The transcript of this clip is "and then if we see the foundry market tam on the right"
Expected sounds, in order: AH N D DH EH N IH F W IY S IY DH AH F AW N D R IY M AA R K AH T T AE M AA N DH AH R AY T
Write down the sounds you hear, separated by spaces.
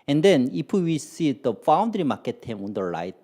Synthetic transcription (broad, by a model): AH N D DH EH N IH P W IY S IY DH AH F AW N D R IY M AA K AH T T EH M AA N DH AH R AY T